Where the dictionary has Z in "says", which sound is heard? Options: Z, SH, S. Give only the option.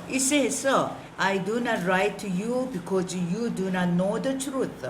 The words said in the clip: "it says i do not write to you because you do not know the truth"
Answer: S